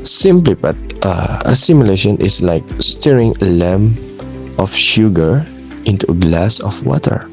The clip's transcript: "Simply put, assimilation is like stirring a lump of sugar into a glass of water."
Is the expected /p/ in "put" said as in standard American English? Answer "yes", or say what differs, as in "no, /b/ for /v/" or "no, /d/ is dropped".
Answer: no, /b/ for /p/